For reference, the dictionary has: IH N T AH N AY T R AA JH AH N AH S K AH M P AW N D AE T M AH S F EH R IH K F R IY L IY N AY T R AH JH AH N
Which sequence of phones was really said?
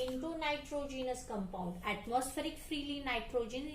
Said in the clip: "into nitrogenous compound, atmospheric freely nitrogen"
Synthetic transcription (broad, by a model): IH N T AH N AY T R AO JH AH N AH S K AH M P AW N D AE T M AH S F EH R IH K F R IY L IY N AY T R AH JH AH N